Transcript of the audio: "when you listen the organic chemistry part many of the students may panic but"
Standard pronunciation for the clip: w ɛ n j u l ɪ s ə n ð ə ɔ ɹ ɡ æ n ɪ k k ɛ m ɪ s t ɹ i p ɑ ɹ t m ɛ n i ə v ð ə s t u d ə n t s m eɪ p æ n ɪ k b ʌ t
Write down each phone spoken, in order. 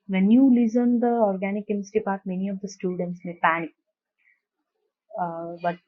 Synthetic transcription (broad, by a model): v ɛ n j u l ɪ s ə n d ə ɔ ɹ ɡ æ n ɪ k k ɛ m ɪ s t i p ɑ ɹ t m ɛ n i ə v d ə s t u d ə n t s m eɪ p æ n ɪ k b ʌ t